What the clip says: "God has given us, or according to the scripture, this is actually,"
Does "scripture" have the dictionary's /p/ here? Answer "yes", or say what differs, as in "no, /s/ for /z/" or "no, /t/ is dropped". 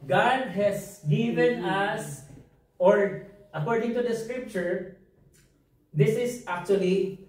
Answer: yes